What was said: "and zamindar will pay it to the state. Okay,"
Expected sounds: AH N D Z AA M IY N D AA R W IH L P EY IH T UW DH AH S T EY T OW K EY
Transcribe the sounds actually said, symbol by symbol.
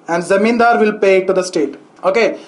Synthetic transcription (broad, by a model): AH N D Z AA M IY N D AA R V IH L P EY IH T UW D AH S T EY T OW K EY